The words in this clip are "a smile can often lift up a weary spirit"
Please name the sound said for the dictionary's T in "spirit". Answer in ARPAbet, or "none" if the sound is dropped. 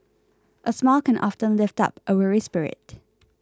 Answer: T